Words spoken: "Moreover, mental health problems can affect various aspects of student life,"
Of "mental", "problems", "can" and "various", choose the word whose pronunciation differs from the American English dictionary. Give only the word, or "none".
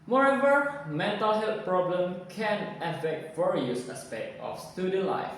problems